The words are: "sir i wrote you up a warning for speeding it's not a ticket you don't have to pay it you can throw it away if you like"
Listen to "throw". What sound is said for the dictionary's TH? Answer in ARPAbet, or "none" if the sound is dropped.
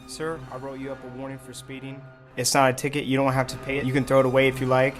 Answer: TH